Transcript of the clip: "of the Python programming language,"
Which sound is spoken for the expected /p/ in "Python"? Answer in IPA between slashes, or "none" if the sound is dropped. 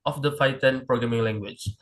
/f/